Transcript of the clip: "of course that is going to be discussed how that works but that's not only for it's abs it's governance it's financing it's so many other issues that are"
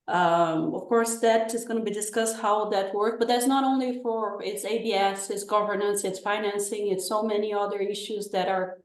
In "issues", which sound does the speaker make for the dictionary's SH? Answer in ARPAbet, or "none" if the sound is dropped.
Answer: SH